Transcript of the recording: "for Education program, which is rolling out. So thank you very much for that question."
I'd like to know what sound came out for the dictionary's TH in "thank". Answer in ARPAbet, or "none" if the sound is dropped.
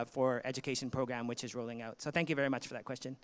TH